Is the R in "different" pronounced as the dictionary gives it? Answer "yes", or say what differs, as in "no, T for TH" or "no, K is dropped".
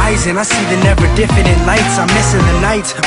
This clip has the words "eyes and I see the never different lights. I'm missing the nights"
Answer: no, R is dropped